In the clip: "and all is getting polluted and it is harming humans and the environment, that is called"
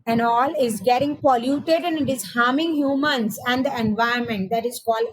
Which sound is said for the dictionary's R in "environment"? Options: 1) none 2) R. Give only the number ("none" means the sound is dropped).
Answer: 1